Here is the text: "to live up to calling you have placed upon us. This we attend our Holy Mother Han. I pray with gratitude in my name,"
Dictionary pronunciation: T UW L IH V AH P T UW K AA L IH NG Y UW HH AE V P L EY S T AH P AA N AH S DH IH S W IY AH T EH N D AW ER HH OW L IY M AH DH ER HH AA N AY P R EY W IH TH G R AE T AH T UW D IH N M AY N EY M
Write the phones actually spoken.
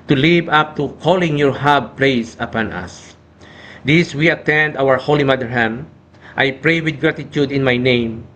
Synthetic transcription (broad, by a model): T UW L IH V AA P T UW K AA L IH NG Y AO HH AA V P L EY S AH P AA N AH S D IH S W IY AH T EH N D AW ER HH OW L IY M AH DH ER HH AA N AY P R EY W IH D G R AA T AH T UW D IH N M AY N EY M